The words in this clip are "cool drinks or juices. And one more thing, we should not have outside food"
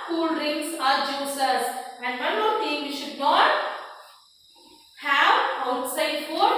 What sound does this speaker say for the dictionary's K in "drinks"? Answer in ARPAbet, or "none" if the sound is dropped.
none